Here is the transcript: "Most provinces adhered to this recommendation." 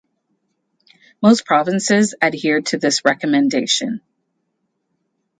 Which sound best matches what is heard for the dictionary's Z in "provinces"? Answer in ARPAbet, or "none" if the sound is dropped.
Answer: Z